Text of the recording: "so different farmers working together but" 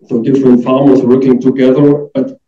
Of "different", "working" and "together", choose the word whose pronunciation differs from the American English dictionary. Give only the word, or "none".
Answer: none